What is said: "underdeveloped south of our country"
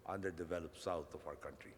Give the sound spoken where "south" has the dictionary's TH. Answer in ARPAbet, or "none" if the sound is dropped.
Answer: T